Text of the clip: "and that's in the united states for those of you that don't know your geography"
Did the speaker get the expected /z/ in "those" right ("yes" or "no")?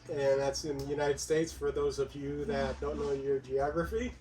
yes